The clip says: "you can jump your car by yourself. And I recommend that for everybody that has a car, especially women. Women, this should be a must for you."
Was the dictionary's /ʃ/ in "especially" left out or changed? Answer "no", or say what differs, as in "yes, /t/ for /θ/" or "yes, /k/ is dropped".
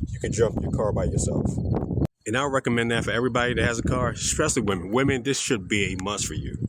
yes, /s/ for /ʃ/